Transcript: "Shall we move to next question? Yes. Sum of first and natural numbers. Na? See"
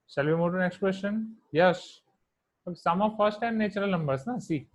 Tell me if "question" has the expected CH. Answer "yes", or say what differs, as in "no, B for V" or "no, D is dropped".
no, SH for CH